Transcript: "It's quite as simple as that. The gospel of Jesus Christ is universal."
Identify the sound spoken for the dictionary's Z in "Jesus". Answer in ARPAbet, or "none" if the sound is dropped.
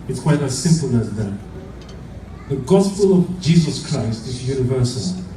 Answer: Z